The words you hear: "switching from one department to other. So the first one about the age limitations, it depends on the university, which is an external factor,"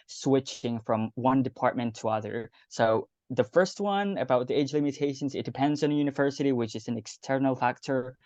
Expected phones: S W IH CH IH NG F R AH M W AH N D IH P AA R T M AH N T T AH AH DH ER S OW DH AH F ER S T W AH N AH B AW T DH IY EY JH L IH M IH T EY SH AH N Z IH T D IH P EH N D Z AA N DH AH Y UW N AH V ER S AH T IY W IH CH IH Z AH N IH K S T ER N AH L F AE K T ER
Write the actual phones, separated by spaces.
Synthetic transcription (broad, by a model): S W IH CH IH NG F R AH M W AH N D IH P AA R T M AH N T T AH AH DH ER S OW DH AH F ER S T W AH N AH B AW T DH IY EY JH L IH M IH T EY SH AH N Z IH T D IH P EH N D Z N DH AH Y UW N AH V ER S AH T IY W IH CH IH Z N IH K S T ER N L F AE K T ER